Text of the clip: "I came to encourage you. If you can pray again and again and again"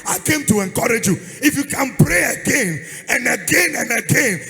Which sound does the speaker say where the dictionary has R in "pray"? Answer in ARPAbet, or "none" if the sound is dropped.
R